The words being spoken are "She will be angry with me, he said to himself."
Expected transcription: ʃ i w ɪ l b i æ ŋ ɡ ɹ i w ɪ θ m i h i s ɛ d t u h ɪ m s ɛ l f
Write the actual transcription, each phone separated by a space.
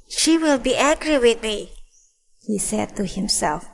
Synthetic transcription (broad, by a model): ʃ i w ɪ l b i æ ɡ ɹ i w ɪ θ m i h i s ɛ d t u h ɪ m s ɛ l f